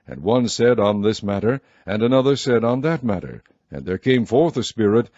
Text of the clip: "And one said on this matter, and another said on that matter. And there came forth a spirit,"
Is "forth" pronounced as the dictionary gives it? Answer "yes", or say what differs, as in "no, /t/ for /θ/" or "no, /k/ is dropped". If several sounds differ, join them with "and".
yes